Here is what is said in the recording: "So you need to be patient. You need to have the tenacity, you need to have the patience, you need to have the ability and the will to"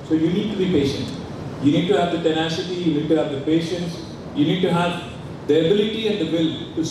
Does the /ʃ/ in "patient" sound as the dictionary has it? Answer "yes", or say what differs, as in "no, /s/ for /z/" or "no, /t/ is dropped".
yes